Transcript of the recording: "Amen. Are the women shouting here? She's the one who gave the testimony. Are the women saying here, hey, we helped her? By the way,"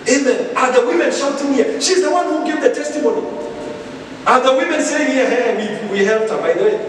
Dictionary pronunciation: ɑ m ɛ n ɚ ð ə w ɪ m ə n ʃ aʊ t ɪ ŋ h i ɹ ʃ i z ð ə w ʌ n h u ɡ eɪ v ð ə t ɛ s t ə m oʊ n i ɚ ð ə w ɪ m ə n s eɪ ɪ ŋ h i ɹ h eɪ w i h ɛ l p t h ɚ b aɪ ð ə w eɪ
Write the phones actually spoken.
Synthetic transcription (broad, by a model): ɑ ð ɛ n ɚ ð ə w ɪ m ə n s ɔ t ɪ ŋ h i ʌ ʃ i z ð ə w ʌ n h u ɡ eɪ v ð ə t ɛ s t ə m oʊ n i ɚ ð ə w ɪ m ə n s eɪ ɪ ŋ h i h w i w i h ɛ l p t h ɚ b aɪ ð ə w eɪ